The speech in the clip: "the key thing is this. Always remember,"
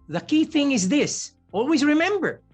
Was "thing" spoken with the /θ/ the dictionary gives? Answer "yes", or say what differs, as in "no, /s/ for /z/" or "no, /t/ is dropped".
yes